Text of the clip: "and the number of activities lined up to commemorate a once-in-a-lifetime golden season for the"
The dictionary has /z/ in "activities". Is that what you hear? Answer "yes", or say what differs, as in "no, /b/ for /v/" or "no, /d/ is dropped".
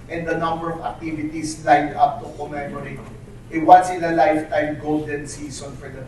no, /s/ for /z/